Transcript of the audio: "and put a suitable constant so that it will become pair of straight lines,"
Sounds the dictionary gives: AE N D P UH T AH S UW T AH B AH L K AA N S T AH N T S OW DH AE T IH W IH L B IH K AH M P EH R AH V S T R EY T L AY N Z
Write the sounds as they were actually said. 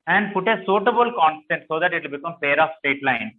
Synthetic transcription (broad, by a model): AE N D P UH T AH S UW T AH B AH L K AA N S T AH N T S OW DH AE T IH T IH L B IH K AH M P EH R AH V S T EY T L AY N